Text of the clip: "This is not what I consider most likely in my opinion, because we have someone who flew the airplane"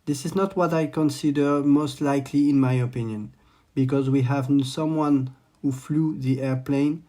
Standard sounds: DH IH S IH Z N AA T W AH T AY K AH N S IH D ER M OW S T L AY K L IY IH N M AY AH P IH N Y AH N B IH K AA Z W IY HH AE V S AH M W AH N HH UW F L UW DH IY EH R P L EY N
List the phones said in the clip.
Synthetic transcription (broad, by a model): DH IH S IH Z N AA T W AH T AY K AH N S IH D ER M OW S T L AY K L IY IH N M AY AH P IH N Y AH N B IH K AA Z W IY HH AE V S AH M W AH N HH UW F L UW DH IY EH R P L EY N